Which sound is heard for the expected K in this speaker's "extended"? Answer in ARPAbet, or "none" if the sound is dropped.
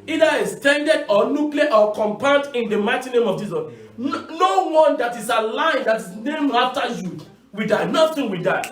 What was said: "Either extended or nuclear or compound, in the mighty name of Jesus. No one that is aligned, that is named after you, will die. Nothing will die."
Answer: none